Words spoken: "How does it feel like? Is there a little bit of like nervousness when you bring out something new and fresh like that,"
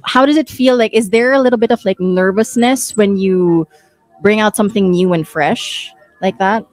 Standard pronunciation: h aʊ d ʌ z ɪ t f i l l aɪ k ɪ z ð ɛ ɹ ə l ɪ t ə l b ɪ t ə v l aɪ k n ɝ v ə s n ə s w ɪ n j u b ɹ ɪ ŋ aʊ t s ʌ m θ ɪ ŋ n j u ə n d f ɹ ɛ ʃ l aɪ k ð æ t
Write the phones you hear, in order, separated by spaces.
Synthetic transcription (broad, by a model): h aʊ d ʌ z ɪ t f i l l aɪ k ɪ z ð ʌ ɹ ə l ɪ t l b ɪ t ə v l aɪ k n ɝ v ə s n ə s w ɪ n j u b ɹ ɪ ŋ aʊ t s ʌ m θ ɪ ŋ n j u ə n f ɹ ɛ ʃ l aɪ k ð æ t